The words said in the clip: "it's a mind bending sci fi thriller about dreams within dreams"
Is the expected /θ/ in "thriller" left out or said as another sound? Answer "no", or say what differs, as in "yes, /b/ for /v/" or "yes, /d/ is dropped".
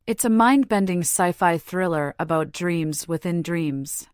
no